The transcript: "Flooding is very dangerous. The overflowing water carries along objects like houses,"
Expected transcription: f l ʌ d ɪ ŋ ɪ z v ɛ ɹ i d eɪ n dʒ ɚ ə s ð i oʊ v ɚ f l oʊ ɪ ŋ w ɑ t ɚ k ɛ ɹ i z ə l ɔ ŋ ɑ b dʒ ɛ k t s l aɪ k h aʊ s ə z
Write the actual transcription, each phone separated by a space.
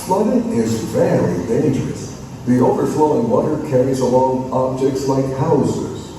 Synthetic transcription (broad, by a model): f l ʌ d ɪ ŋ ɪ z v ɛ l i d eɪ n dʒ ɚ ə s ð i oʊ v ɚ f l oʊ ɪ ŋ w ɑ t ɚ k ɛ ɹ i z ə l ɔ ŋ ɑ b dʒ ɛ k t s l aɪ k h aʊ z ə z